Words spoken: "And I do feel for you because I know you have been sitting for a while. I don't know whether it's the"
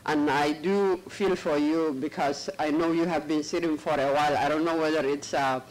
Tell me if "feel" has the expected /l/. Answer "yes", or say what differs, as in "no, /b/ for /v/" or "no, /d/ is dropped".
yes